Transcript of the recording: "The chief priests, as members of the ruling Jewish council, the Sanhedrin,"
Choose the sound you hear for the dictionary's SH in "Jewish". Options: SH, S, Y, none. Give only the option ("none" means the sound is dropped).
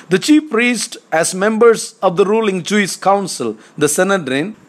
S